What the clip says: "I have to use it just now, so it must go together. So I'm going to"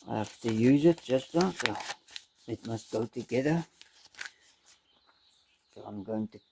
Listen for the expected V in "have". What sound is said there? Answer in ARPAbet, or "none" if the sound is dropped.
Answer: F